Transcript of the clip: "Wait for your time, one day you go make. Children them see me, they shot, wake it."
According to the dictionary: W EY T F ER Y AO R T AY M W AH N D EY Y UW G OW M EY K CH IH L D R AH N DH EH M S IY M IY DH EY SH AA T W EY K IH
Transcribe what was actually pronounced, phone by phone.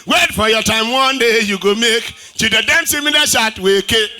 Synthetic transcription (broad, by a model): W EY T F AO Y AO T AY M W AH N D EY Y UW G OW M EY K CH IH D AH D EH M S IY M IY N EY SH AA T W EY K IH